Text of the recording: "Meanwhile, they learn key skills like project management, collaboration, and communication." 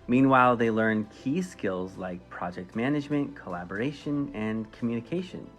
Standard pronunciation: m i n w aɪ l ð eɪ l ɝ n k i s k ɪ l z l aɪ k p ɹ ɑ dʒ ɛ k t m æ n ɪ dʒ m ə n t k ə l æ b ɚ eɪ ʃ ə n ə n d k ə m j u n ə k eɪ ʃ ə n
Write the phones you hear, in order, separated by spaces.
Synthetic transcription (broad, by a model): m i n w aɪ l ð eɪ l ɝ n k i s k ɪ l z l aɪ k p ɹ ɑ dʒ ɛ k t m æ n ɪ dʒ m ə n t k ə l æ b ɚ eɪ ʃ ə n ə n k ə m j u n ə k eɪ ʃ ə n